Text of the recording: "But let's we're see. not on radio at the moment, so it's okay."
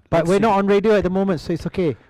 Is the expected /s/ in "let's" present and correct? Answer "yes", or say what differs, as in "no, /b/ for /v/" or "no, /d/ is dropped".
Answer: no, /s/ is dropped